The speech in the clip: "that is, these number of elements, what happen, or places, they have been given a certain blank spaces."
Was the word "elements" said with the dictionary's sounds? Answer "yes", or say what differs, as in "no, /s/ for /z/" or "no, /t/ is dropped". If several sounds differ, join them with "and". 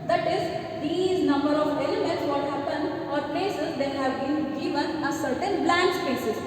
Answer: yes